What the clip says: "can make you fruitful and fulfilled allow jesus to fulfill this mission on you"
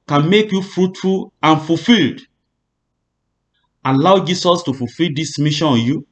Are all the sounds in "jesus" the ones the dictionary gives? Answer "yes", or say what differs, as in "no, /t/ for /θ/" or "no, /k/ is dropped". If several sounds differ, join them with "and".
no, /s/ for /z/